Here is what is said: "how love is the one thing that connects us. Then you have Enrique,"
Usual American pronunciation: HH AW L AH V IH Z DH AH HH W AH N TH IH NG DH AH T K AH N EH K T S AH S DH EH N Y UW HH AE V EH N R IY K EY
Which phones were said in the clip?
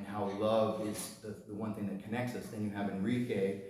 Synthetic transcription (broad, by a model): HH AW L AH V IH Z DH AH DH W AH N TH IH NG DH AH T K AH N EH K T S AH S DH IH N Y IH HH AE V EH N R IY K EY